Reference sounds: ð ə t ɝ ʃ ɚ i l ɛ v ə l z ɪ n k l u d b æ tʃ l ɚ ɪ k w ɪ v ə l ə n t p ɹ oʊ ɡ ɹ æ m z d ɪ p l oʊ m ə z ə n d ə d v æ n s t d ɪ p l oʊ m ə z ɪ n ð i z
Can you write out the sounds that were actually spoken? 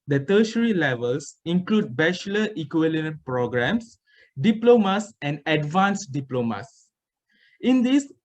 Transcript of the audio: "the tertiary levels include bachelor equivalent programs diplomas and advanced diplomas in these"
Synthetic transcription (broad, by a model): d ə t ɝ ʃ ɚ i l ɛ v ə l s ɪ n k l u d b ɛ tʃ l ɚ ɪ k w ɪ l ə n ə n p ɹ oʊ ɡ ɹ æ m s d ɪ p l oʊ m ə s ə n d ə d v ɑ n s d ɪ p l oʊ m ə s ɪ n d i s